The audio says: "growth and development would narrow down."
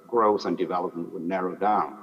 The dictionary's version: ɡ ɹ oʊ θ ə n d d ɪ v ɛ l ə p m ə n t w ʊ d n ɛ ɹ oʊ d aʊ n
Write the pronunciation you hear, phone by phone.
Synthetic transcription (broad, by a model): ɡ ɹ oʊ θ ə n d d ɪ v ɛ l ə p m ə n t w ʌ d n ɛ ɹ oʊ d aʊ n